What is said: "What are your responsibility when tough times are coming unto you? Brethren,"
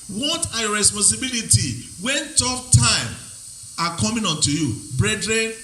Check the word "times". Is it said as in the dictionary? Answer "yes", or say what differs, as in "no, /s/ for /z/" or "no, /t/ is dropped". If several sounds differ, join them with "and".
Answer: no, /z/ is dropped